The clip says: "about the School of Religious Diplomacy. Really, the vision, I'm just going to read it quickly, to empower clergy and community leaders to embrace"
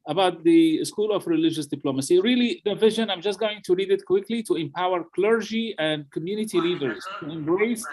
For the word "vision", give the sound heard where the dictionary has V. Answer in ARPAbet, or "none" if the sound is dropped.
V